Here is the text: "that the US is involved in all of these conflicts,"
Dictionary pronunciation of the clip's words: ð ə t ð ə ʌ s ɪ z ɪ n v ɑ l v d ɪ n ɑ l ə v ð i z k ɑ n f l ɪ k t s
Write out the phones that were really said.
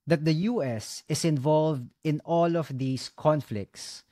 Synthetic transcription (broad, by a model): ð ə t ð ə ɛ s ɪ s ɪ n v ɑ l v d ɪ n ɑ l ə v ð i s k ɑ n f l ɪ k t s